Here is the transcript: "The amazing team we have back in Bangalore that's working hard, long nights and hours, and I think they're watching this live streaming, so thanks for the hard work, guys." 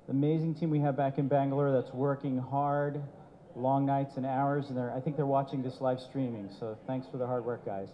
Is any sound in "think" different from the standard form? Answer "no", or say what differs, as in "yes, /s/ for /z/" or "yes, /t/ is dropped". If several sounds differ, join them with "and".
no